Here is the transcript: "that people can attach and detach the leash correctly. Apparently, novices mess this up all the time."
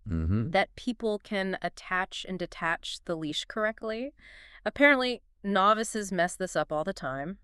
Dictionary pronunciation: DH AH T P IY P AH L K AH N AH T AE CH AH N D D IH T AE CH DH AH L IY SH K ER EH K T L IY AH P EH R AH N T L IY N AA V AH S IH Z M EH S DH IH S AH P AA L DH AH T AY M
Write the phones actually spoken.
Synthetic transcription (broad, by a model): DH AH T P IY P L K AH N AH T AE CH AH N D D IH T AE CH DH AH L IY SH K ER EH K T L IY AH P EH R AH N T L IY N AA V AH S IH Z M EH S DH IH S AH P AA L DH AH T AY M